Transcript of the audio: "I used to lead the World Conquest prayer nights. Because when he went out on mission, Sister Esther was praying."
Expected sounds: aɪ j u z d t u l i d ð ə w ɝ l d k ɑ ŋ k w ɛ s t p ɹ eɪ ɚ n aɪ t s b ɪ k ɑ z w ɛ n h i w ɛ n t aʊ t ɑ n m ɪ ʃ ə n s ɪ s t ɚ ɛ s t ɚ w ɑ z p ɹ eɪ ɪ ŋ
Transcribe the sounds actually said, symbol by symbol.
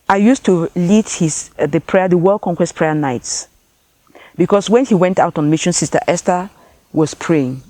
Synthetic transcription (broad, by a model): aɪ j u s t u l i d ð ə w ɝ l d k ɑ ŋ k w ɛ s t p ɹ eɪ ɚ n aɪ t s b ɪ k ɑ s w ɛ n h i w ɛ n t aʊ t ɑ n m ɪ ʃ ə n s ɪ s t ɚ ɛ s t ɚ w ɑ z p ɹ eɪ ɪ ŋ